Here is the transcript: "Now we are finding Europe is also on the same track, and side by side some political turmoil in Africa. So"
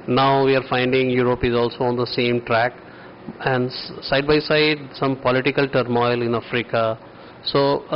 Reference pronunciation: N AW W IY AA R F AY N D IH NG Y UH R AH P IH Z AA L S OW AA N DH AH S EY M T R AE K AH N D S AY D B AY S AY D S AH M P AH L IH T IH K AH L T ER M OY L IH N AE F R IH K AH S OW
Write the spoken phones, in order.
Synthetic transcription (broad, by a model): N AW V IY AA R F AY N D IH NG Y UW R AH P IH Z AA L S OW AA N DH AH S EY M T R AE K AH N D S AY D B AY S AY D S AH M P AH L IH T IH K AH L T ER M OY L IH N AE F R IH K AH S OW